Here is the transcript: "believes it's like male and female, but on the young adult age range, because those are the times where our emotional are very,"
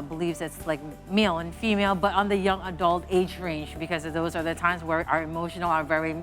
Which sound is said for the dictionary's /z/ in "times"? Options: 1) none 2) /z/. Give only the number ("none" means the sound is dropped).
2